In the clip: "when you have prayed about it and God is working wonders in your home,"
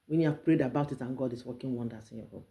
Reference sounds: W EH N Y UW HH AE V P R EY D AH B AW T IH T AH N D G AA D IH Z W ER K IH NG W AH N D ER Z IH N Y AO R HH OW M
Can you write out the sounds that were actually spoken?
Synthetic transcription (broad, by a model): W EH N Y UW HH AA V P R EY D AH B AW T IH T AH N G AA D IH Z W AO K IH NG W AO N D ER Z IH N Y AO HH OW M